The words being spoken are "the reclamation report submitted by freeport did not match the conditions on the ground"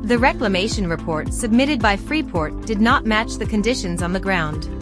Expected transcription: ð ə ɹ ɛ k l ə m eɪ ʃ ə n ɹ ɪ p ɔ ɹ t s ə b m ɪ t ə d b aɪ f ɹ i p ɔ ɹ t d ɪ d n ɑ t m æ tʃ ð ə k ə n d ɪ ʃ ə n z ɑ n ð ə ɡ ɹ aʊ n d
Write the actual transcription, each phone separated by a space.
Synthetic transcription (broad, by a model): ð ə ɹ ɛ k l ə m eɪ ʃ ə n ɹ ɪ p ɔ ɹ t s ə b m ɪ t ə d b aɪ f ɹ i p ɔ ɹ t d ɪ d n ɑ t m æ tʃ ð ə k ə n d ɪ ʃ ə n z n ð ə ɡ ɹ aʊ n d